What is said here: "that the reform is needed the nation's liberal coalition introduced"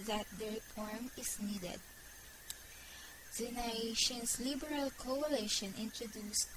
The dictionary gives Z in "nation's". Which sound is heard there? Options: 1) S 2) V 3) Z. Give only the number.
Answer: 1